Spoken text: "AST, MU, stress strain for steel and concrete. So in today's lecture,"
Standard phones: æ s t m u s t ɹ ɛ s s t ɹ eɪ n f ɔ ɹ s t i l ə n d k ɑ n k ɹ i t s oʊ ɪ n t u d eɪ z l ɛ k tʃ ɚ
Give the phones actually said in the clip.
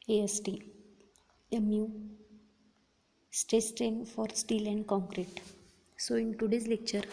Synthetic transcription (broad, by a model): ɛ s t m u s t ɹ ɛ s s t ɹ eɪ n f ɔ ɹ s t i l ə n d k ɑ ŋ k ɹ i t s oʊ ɪ n t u d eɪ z l ɛ k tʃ ɚ